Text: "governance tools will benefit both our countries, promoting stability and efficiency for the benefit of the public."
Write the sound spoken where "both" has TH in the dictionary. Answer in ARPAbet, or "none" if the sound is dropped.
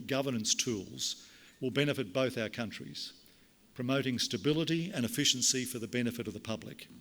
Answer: TH